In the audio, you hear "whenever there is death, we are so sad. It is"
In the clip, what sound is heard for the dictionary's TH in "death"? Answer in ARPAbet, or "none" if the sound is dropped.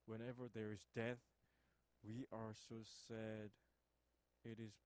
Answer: TH